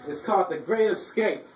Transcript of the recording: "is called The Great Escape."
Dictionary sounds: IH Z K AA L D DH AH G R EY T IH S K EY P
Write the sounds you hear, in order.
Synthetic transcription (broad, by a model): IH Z K AA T DH AH G R EY T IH S K EY P